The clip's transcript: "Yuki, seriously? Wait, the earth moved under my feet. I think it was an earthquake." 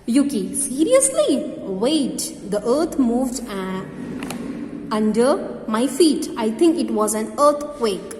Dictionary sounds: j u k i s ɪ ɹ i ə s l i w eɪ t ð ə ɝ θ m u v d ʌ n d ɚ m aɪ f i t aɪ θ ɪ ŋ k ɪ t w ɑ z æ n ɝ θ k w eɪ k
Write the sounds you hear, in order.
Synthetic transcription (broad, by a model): j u k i s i ɹ i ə s l i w eɪ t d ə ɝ t m u v d ʌ n d ɚ m aɪ f i t aɪ t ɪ ŋ k ɪ t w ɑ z æ n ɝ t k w eɪ k